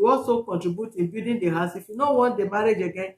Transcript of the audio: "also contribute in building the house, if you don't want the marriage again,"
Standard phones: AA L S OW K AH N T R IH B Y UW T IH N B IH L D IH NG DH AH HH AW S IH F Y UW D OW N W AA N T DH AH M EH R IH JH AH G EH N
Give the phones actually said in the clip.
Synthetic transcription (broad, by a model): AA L S OW K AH N T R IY B Y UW T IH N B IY D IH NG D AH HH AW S IH F Y UW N OW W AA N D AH M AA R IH JH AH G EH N